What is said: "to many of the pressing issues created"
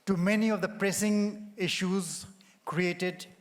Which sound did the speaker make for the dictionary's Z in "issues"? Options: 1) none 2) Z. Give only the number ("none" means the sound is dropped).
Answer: 2